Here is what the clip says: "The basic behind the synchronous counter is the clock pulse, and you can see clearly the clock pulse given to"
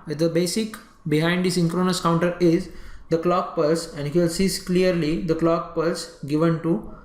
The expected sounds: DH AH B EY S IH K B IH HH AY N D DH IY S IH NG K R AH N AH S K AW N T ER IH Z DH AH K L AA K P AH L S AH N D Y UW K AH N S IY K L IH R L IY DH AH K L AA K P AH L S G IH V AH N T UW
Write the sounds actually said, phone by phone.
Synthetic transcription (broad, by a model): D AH B EY S IH K B IH HH AY N D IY S IH NG K R AH N AH S K AW N T ER IH Z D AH K L AA K P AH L S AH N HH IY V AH L S IY K L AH R L IY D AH K L AA K P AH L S G IH V AH N T UW